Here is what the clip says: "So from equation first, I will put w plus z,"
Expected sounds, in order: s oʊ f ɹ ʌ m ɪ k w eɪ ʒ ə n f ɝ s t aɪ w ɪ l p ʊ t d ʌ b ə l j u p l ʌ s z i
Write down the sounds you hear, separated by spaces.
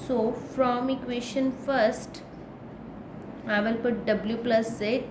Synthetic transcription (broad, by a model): s oʊ f ɹ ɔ m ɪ k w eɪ ʃ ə n f ɝ s t aɪ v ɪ l p ʊ t d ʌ b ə l j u p l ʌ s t